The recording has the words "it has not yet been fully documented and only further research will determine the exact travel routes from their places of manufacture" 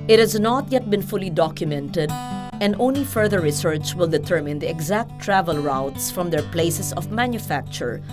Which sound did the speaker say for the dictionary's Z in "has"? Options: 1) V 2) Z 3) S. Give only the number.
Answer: 2